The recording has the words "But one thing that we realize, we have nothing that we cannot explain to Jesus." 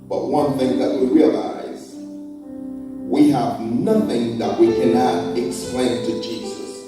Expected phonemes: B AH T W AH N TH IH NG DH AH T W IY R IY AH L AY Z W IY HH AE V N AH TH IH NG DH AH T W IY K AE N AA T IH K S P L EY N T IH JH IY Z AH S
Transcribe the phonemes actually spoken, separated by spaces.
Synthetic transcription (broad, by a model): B AH T W AH N TH IH NG DH AH T W IY R IY AH L AY Z W IY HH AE V N AH TH IH NG DH AH T W IY K AE N AA T IH K S P L EY N T IH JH IY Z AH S